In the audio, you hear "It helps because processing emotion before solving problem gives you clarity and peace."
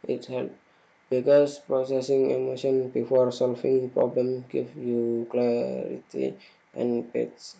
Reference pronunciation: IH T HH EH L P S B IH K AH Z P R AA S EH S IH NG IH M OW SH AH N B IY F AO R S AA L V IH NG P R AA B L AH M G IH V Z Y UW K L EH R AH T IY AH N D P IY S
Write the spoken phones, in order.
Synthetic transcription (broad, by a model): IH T HH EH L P B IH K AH S P R AA S EH S IH NG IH M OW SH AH N B IY F AO R S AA L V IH NG P R AA B L AH M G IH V Y UW K L EH R AH T IY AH N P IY S